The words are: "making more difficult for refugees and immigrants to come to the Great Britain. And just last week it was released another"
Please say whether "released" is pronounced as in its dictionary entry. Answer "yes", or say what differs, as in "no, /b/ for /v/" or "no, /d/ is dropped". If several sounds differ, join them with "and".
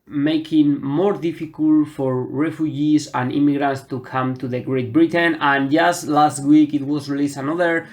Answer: no, /t/ is dropped